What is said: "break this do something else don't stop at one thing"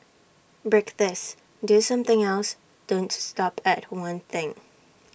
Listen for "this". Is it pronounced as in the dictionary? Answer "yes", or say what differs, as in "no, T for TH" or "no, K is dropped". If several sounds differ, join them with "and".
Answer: yes